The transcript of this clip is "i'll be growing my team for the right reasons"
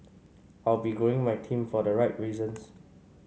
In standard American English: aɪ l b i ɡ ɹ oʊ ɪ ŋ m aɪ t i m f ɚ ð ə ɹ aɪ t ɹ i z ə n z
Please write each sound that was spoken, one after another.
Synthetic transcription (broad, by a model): aɪ l b i ɡ oʊ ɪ ŋ m aɪ t i m f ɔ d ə ɹ aɪ t ɹ i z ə n s